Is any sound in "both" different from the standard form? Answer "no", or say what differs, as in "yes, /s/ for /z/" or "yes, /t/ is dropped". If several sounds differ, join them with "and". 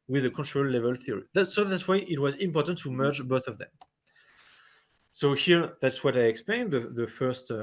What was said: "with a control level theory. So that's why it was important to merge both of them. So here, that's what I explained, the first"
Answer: no